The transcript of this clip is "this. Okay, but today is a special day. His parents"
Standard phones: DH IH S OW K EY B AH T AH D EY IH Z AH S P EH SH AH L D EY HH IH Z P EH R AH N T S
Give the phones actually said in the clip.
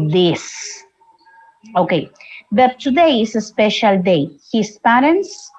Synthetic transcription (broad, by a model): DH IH S OW K EY B AH T AH D EY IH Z AH S P EH SH AH L D EY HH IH S P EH R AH N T S